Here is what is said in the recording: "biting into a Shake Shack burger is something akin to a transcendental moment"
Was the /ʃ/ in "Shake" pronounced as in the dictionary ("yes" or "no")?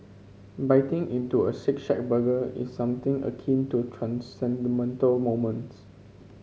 no